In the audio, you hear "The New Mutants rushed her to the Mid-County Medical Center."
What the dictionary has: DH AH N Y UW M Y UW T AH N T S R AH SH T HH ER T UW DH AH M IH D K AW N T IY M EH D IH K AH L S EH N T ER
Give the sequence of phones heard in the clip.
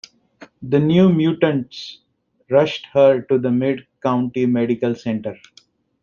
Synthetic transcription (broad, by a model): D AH N Y UW M Y UW T AH N T S R AH SH T HH ER T UW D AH M IH D K AW N T IY M EH D IH K AH L S EH N T ER